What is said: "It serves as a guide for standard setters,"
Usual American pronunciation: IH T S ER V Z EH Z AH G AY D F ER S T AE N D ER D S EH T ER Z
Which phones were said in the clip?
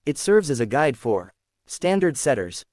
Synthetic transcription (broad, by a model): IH T S ER V Z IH Z AH G AY D F ER S T AE N D ER D S EH T ER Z